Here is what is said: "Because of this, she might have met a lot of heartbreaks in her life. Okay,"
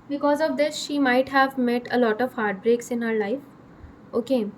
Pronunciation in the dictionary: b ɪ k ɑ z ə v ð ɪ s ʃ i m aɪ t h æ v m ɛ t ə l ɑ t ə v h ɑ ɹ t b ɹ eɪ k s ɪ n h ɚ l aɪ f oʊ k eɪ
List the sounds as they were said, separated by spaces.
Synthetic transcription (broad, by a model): b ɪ k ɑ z ə v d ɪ s ʃ i m aɪ t h æ v m ɛ t ə l ɑ t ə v h ɑ ɹ t b ɹ eɪ k s ɪ n h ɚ l aɪ f oʊ k eɪ